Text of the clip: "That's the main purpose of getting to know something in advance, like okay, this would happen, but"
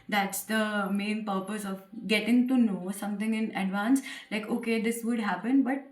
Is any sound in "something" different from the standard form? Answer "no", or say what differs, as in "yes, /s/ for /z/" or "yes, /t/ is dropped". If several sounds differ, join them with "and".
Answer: yes, /t/ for /θ/